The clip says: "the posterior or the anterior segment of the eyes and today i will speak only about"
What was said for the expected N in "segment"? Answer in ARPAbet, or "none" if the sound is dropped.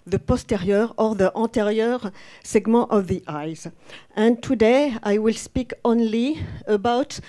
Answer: none